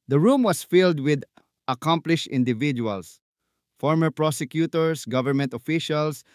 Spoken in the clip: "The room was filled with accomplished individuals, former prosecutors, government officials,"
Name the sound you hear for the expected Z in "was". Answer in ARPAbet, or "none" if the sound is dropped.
S